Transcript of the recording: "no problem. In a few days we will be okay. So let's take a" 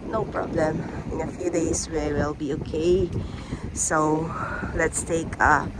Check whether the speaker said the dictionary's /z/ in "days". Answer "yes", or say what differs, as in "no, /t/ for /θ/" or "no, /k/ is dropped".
no, /s/ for /z/